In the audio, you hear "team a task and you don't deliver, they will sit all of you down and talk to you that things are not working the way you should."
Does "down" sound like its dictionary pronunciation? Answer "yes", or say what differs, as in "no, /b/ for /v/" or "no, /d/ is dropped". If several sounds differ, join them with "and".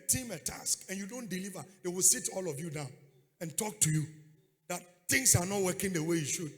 yes